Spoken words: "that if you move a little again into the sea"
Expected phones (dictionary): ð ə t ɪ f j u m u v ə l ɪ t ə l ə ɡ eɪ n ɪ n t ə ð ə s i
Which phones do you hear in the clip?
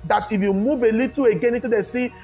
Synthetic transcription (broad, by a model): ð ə t ɪ f j u m u v ə l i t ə ə ɡ eɪ n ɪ t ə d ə s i